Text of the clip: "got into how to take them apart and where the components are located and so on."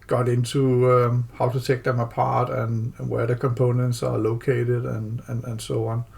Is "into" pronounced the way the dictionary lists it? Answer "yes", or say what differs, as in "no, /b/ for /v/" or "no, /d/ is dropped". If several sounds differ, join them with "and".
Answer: no, /s/ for /t/